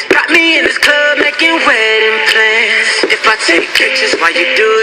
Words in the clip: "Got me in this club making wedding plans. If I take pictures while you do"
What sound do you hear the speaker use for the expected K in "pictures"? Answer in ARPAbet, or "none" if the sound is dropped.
none